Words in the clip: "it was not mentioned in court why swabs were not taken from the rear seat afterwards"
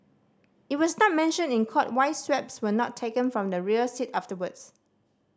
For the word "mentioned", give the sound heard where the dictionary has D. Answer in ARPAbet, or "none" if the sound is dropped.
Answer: none